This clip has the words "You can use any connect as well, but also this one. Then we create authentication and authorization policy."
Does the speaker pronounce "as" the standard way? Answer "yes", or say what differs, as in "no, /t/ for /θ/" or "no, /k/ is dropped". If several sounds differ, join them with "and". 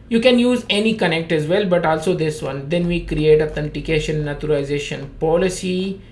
yes